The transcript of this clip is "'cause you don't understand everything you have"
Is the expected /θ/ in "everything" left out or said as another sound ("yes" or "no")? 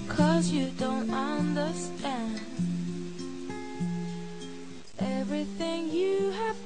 no